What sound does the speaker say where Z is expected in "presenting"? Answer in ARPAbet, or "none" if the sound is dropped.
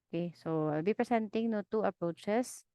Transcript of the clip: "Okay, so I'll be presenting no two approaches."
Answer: S